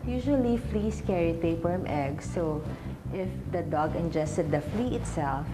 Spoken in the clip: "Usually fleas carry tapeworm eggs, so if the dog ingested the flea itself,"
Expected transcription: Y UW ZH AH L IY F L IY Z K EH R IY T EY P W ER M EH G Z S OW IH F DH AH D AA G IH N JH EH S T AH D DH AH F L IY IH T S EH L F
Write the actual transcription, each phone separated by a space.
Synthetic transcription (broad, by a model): Y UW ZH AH L IY F L IY S K EH R IY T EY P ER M EH G S OW IH F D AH D AA G IH N JH EH S T AH D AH F L IY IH T S EH L F